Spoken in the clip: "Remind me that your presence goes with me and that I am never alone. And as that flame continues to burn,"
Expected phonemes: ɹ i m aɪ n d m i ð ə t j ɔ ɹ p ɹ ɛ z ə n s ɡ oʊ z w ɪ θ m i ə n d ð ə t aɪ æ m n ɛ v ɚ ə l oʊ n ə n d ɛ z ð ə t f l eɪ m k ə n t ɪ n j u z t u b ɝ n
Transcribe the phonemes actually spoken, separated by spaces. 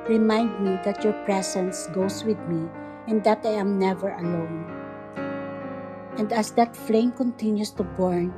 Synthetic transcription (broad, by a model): ɹ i m aɪ n d m i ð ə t j ɔ ɹ p ɹ ɛ s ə n s ɡ oʊ s w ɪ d m i ə n d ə t aɪ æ m n ɛ v ɚ ə l oʊ n ə n d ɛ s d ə t f l eɪ m k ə n t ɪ n j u s t u b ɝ n